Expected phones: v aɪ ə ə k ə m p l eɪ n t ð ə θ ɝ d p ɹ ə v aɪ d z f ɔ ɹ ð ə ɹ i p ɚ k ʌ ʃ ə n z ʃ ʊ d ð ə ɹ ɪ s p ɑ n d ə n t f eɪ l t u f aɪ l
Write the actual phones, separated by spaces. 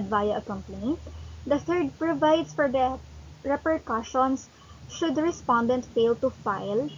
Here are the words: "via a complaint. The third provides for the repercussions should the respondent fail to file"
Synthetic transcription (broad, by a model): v aɪ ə ə k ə m p ʌ n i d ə t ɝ d p ɹ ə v aɪ d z f ɔ ɹ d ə ɹ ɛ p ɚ k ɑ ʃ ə n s ʃ ʊ d ɹ ɪ s p ɑ n d ə n t f eɪ l t u f aɪ l